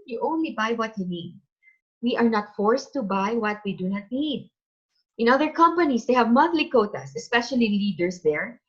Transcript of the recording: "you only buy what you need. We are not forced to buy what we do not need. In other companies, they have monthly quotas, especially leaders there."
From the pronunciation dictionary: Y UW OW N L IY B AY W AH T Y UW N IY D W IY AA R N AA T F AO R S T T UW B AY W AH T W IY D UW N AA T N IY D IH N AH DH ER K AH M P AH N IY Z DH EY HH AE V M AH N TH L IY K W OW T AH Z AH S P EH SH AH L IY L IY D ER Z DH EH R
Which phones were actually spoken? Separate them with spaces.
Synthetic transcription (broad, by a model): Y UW OW N L IY B AY W AH T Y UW N IY D W IY AA R N AA T F AO R S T T UW B AY W AH T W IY D UW N AA T N IY D IH N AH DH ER K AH M P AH N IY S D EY HH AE V M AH N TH L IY K OW T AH S AH S P EH SH AH L IY L IY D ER S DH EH R